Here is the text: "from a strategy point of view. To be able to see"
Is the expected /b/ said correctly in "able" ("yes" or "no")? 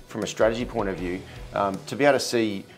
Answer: no